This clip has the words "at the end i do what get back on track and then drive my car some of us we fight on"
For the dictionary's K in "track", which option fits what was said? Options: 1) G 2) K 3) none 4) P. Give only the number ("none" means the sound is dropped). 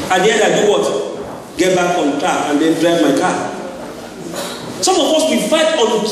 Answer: 3